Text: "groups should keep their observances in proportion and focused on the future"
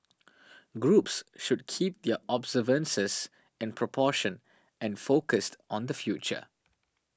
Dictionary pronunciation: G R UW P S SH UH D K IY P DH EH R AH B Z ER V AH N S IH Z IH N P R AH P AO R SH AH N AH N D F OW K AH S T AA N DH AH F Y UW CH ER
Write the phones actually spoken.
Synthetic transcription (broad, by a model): G R UW P S SH UH D K IY P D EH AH B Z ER V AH N S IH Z IH N P R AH P AO SH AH N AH N F OW K AH S T AA N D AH F Y UW CH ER